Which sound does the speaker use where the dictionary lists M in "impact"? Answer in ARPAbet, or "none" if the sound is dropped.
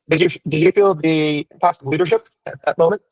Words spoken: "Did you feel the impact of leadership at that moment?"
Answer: none